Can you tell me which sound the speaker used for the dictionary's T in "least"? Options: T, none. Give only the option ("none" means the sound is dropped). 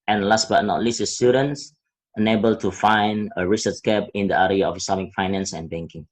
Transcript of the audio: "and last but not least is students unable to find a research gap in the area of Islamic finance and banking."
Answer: none